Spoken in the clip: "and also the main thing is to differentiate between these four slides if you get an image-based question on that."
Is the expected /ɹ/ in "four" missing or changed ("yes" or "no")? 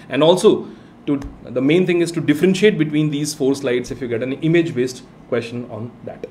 no